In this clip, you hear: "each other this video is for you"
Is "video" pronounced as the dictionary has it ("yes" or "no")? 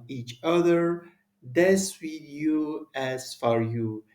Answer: no